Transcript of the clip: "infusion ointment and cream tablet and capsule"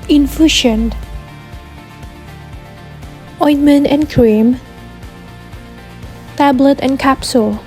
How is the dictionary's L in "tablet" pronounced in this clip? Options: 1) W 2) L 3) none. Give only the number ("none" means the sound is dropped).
2